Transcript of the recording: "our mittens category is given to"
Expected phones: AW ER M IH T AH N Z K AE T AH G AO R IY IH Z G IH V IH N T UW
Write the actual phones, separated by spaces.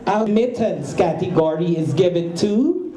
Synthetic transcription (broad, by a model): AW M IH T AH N S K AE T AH G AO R IY IH Z G IH V IH N T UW